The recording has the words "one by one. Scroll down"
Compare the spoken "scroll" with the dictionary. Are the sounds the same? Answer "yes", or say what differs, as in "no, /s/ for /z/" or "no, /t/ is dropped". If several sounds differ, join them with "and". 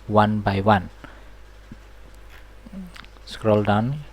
yes